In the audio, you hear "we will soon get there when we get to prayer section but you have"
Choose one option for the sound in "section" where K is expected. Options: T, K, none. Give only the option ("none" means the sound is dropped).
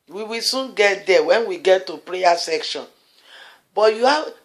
K